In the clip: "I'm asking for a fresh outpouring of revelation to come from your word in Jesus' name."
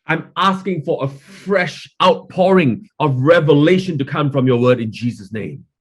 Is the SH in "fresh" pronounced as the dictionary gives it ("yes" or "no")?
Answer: yes